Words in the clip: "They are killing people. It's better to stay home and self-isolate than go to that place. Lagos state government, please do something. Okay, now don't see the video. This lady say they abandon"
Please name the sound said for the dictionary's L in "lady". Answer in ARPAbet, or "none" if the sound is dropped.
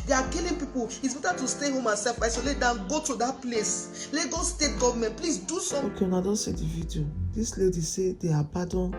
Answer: L